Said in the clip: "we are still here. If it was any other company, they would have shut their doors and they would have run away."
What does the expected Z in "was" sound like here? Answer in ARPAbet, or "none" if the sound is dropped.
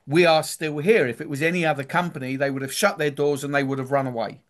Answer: Z